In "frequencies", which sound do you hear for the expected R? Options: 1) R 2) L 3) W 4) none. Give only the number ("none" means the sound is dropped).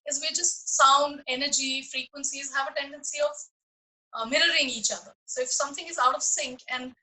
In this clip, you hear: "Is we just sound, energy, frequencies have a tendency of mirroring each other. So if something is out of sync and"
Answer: 1